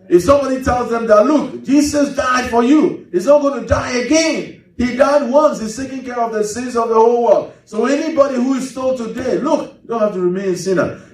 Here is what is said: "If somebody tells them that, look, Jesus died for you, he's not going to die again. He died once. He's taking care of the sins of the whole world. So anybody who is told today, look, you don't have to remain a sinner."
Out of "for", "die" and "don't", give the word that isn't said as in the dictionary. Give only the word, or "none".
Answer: none